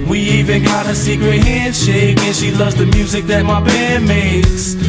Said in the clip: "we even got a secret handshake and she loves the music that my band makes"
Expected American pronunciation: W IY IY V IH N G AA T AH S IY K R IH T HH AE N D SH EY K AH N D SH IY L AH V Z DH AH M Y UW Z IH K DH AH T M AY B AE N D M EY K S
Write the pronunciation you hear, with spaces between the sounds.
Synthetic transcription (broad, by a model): W IY IY V IH N G AA T AH S IY K R IH T HH AE N D SH EY K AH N SH IY L AH V Z DH AH M Y UW Z IH K DH AH T M AY B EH D M EY K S